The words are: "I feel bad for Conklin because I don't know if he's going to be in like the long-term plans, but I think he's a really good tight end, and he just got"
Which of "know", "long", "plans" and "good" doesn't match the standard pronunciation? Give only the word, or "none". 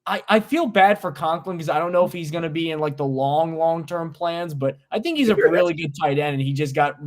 none